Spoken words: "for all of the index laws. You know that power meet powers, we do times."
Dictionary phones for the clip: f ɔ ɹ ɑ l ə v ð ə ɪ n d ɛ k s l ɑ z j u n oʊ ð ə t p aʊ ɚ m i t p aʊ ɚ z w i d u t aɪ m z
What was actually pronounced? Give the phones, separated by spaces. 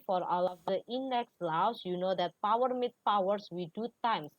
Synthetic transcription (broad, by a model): f ɔ ɹ ɑ l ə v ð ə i n d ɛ k s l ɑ s j u n oʊ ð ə t p aʊ ɚ m i t p aʊ ɚ s w i d u t aɪ m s